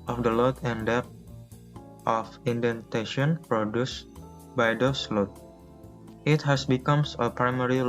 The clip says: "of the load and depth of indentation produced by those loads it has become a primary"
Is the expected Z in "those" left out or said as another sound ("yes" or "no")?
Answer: yes